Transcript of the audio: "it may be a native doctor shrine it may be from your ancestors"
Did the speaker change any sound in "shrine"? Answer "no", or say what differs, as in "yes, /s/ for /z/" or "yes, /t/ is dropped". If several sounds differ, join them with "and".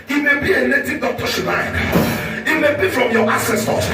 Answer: yes, /l/ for /ɹ/ and /n/ is dropped